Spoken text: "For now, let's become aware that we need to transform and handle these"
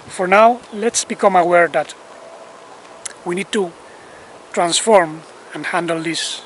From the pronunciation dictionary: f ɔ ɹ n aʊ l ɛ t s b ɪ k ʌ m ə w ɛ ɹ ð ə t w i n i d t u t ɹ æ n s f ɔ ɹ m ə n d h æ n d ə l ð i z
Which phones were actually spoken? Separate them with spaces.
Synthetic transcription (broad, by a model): f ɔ ɹ n aʊ l ɛ t s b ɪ k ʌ m ə w ɛ ɹ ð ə t w i n i d t u t ɹ æ n s f ɔ ɹ m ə n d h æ n d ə l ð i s